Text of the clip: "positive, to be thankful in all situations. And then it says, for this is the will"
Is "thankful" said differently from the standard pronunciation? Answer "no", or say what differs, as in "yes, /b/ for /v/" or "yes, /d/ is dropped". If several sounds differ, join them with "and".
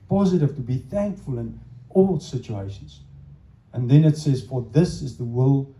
no